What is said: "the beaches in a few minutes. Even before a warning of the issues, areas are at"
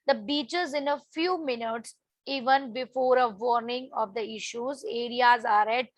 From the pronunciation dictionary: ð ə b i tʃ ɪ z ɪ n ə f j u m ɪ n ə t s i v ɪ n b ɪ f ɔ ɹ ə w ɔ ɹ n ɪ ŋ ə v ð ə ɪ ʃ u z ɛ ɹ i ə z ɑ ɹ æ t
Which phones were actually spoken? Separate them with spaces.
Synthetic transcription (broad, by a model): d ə b i tʃ ɪ z ɪ n ə f j u m ɪ n ə t s i v ɪ n b ɪ f ɔ ɹ ə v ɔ ɹ n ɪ ŋ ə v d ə ɪ ʃ u z ɛ ɹ i ə z ɑ ɹ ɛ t